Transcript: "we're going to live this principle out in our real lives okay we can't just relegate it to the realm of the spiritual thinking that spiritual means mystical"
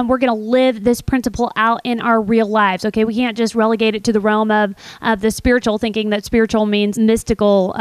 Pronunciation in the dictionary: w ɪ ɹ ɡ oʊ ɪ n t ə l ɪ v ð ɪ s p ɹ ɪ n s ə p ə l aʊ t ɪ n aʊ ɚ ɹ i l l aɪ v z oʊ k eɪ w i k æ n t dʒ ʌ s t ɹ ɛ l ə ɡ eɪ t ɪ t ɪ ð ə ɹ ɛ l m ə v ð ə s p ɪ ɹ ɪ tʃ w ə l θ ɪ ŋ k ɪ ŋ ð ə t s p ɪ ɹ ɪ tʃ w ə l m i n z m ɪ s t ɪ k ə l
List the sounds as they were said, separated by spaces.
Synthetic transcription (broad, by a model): w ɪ ɹ ɡ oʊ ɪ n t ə l ɪ v ð ɪ s p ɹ ɪ n s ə p l aʊ t ɪ n aʊ ɚ ɹ i l l aɪ v z oʊ k eɪ w i k æ n dʒ ʌ s t ɹ ɛ l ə ɡ eɪ t ɪ t ɪ ð ə ɹ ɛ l m ə v ð ə s p ɪ ɹ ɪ tʃ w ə l θ ɪ ŋ k ɪ ŋ ð ə t s p ɪ ɹ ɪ tʃ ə l m i n z m ɪ s t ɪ k l